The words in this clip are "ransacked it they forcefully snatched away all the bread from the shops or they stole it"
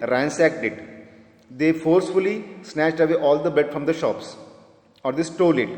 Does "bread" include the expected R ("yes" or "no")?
no